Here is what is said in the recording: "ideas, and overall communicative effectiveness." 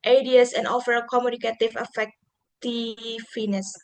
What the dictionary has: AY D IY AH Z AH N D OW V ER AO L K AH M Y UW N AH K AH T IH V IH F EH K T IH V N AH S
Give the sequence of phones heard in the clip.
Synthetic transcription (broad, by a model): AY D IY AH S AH N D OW F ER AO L K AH M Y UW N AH K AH T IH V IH F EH K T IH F N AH S